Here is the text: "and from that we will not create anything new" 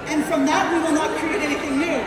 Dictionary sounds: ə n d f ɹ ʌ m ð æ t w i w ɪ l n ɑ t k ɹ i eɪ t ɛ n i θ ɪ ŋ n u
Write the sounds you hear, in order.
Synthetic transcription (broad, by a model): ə n f ɹ ʌ m ð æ t w i w ɪ l n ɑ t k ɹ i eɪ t ɛ n i θ ɪ ŋ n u